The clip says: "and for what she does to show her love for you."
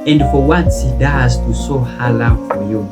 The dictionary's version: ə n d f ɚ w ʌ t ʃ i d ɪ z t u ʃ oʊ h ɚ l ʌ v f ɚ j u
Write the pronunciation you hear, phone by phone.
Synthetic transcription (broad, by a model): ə n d f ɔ w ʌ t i d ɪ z t u s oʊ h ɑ l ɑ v f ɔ j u